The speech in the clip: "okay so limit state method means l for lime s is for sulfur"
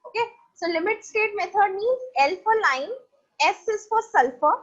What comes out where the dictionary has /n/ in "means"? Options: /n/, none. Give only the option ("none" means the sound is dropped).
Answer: none